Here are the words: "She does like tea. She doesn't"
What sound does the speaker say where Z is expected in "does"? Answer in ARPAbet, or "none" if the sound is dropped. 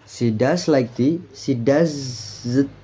S